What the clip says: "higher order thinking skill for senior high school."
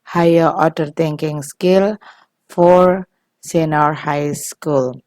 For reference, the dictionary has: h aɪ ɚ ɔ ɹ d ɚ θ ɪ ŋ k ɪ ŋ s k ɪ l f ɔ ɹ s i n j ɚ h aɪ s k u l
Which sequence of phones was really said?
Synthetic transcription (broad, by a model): h aɪ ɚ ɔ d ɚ t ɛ ŋ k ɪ ŋ s k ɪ l f ɔ ɹ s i n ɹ h aɪ s k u l